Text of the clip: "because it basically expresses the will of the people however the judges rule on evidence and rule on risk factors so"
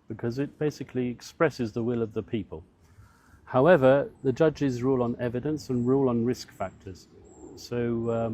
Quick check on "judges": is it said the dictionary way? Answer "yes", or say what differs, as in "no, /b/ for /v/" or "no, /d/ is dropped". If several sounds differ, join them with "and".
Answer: yes